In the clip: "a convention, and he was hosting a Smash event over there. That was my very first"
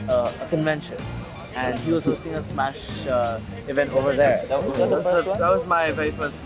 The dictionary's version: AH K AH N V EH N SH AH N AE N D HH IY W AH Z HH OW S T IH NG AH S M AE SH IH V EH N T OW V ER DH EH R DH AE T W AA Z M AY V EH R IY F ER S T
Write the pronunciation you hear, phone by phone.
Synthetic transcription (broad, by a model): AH K AH N V EH N SH AH N AE N D HH IY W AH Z HH OW S T IH NG AH S M AE SH IH V EH N T OW V ER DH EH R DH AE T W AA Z M AY V EH R IY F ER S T